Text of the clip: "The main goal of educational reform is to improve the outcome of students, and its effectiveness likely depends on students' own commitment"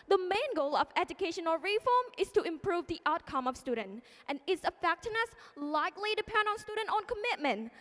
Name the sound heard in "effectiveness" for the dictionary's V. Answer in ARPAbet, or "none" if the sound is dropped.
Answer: none